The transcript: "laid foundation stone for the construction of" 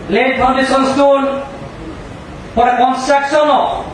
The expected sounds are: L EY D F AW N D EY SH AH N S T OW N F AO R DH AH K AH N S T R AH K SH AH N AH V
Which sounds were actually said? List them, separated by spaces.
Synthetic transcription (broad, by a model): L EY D P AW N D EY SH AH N S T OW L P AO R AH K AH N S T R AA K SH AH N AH